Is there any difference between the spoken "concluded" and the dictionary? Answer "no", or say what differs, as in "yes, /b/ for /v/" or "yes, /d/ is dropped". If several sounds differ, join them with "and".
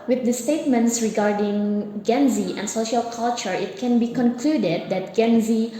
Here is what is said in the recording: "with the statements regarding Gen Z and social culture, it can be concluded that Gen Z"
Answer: no